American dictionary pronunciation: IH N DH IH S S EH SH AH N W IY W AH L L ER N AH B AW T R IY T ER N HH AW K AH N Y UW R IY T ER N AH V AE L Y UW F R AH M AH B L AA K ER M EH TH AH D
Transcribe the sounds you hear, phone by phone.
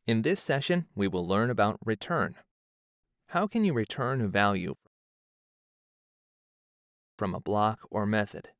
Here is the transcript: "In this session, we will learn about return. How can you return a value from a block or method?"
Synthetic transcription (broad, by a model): IH N DH IH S S EH SH AH N W IY W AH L L ER N AH B AW T R IY T ER N HH AW K AH N Y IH R IY T ER N AH V AE L Y UW F R AH M AH B L AA K ER M EH TH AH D